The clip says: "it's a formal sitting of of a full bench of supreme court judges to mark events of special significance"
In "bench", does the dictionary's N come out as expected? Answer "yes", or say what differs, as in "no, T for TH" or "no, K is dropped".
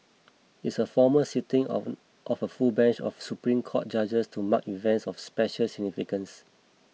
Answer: yes